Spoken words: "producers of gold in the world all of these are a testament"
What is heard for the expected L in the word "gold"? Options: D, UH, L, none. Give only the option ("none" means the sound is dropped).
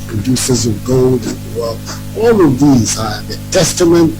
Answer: L